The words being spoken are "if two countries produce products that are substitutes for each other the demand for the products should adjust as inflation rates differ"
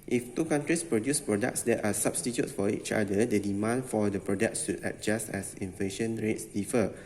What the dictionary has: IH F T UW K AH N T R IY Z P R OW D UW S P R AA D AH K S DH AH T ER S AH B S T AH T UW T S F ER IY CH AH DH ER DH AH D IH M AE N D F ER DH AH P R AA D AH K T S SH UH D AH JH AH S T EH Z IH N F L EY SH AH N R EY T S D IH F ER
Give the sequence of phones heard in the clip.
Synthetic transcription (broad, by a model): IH F T UW K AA N T R IY S P R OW D UW S P R AA D AH K S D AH T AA S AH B S T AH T UW T F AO IY CH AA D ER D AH D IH M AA N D F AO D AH P R AA D AH K T S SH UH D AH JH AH S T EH S IH N F L EY SH AH N R EY T S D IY F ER